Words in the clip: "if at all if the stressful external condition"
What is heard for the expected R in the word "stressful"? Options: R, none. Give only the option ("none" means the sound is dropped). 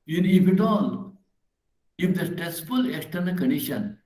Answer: none